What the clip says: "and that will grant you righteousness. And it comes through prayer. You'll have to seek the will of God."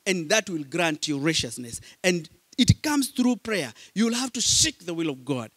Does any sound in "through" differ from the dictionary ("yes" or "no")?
no